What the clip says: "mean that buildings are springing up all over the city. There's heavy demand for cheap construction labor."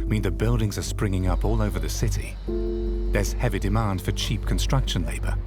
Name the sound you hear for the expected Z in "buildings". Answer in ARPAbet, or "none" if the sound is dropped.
Z